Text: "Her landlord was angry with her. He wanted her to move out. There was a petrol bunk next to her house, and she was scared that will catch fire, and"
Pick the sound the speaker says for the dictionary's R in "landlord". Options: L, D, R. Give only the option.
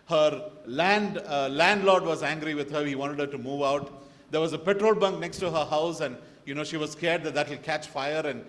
L